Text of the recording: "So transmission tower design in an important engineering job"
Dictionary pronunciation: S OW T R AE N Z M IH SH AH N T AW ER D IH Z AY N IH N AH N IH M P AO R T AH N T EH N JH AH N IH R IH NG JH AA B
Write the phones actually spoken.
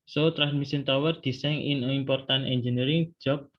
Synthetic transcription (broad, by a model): S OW T R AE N M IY S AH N T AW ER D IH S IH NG AH N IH M P AO R T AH N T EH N JH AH N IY R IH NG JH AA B